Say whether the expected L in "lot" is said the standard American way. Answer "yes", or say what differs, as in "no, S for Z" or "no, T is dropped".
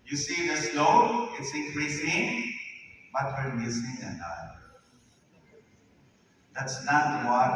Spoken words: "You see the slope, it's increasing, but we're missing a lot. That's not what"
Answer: no, N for L